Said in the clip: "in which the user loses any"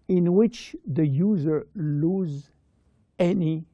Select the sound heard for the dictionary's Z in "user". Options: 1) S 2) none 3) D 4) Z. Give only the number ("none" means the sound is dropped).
4